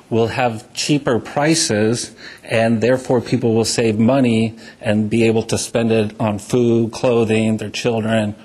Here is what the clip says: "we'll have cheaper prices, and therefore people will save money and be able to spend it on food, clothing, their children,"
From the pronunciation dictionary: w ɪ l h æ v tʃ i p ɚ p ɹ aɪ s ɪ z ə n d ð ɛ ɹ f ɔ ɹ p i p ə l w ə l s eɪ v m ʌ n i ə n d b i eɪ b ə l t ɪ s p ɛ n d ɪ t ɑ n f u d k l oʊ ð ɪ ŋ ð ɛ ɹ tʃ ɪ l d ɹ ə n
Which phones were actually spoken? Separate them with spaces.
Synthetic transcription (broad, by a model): w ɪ l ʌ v tʃ i p ɚ p ɹ aɪ s ɪ z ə n ð ɛ ɹ f ɔ ɹ p i p l w ə l s eɪ v m ʌ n i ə n b i eɪ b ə l t ɪ s p ɛ n d ɪ t n f u d k l oʊ ð ɪ ŋ ð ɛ ɹ tʃ ɪ l d ɹ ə n